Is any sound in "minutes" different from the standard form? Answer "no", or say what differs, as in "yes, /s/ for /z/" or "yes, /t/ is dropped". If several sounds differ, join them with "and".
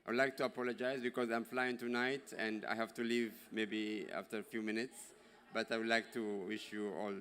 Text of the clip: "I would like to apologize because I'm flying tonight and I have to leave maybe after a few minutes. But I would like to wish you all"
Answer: no